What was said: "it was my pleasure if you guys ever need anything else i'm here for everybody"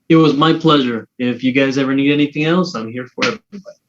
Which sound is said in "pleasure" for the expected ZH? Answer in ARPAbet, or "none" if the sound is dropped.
ZH